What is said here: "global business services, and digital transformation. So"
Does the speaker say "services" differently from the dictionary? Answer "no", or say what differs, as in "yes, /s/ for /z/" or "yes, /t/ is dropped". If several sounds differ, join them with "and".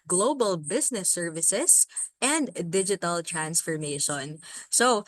yes, /s/ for /z/